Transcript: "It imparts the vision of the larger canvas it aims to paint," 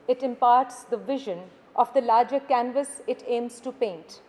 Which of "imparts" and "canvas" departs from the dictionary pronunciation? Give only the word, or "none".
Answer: none